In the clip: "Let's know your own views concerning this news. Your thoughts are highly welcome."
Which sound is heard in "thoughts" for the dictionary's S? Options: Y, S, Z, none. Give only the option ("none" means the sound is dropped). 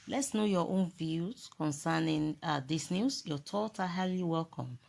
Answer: none